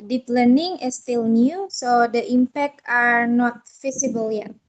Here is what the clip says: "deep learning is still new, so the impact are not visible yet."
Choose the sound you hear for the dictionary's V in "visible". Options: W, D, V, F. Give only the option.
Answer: F